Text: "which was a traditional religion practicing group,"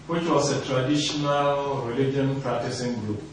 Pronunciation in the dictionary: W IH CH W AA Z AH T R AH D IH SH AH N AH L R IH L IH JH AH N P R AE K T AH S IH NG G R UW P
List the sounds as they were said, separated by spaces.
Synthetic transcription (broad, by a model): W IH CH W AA S AH T R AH D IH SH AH N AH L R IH L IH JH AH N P R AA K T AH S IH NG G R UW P